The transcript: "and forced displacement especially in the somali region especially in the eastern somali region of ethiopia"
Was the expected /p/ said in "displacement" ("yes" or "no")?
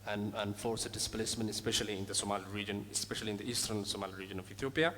yes